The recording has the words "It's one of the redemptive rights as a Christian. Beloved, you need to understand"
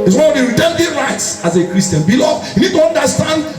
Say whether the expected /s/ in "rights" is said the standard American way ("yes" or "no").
yes